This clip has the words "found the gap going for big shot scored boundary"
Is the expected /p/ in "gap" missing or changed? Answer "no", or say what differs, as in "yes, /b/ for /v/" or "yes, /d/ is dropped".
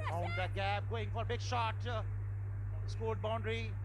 yes, /b/ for /p/